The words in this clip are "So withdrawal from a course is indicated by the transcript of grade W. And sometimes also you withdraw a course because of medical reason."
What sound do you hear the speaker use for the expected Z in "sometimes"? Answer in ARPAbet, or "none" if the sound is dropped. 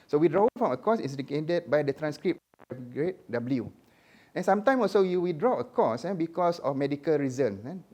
none